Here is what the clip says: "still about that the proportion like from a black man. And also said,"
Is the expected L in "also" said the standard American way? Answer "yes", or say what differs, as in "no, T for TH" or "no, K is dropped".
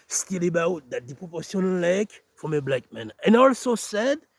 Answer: yes